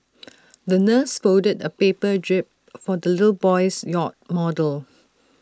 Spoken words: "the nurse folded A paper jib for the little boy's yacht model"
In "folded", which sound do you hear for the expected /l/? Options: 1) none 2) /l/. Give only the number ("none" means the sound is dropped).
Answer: 1